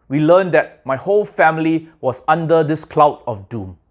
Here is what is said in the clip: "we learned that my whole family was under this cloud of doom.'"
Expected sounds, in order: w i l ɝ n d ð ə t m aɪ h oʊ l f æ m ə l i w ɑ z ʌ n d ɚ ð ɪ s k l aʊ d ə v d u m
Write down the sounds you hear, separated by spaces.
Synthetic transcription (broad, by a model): w i l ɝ n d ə t m aɪ h oʊ l f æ m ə l i w ɑ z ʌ n d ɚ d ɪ s k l aʊ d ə f d u m